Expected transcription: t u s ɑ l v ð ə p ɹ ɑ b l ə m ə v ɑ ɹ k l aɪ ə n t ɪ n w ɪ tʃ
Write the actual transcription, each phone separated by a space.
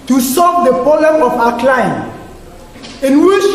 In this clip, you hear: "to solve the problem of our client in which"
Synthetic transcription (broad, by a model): t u s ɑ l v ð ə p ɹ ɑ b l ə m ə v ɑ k l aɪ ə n ɪ n w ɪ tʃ